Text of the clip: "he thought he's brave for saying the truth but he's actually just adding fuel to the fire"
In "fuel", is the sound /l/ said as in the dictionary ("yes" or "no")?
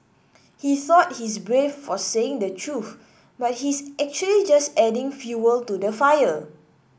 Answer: yes